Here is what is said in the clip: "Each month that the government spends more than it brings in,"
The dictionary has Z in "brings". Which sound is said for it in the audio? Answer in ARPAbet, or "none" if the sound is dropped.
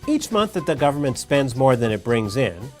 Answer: Z